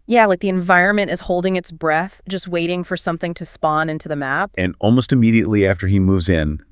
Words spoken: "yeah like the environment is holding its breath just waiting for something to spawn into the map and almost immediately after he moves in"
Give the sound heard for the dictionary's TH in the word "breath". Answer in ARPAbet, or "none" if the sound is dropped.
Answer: TH